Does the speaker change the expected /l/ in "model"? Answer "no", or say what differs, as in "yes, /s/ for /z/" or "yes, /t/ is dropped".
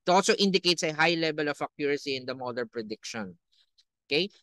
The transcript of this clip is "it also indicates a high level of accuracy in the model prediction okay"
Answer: yes, /n/ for /l/